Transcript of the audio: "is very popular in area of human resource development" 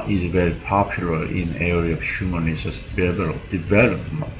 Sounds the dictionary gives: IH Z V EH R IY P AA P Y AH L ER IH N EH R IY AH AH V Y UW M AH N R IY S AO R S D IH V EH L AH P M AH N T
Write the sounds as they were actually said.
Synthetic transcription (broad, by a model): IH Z V EH R IY P AA P Y AH L ER IH N EH R IY AH AH V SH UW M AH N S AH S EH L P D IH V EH L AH P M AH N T